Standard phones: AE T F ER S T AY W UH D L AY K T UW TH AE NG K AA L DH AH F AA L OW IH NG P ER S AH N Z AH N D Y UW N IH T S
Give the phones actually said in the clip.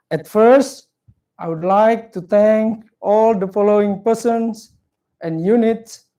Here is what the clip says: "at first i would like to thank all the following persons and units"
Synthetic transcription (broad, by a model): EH T F ER S T AY W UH D L AY K T UW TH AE NG K AA L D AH F AA L OW IH NG P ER S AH N S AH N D Y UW N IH T S